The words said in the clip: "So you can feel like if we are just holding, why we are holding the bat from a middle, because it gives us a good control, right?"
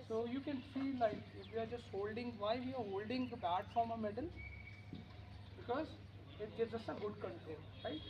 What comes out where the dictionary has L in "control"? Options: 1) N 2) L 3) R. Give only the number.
1